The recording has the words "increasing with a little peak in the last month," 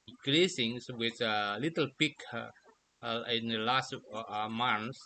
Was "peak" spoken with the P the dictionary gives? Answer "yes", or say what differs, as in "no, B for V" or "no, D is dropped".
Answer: yes